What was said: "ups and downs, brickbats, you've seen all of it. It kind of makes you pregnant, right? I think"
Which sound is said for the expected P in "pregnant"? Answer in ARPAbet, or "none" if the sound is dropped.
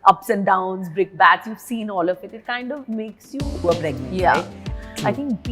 B